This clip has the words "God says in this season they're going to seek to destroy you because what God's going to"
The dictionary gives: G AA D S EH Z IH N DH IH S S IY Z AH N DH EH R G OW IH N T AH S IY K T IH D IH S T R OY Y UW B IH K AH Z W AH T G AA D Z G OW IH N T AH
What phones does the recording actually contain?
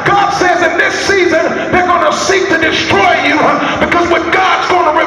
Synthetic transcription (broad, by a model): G AA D S EH Z IH N DH IH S S IY Z AH N DH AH R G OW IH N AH S IY K T IH D IH S T R OY Y UW B IH K AH Z W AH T G AA D Z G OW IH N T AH